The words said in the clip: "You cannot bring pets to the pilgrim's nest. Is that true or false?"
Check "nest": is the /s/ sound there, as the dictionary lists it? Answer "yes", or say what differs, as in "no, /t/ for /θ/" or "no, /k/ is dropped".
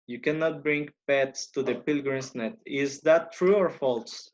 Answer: no, /s/ is dropped